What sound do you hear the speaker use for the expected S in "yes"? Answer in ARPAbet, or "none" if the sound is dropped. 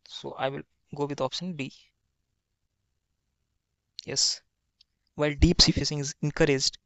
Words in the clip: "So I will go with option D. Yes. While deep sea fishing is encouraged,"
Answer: S